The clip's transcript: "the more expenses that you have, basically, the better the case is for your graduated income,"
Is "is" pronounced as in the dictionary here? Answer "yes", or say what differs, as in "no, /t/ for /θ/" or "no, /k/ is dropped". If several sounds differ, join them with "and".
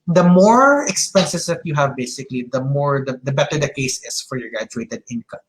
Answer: no, /s/ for /z/